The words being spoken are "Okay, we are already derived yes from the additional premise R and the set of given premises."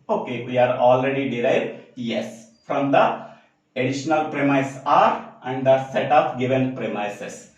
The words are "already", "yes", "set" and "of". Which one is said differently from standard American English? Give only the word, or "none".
of